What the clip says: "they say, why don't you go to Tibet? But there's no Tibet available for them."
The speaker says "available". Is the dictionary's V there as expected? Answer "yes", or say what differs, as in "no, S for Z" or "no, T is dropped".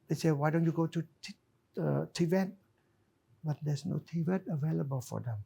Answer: yes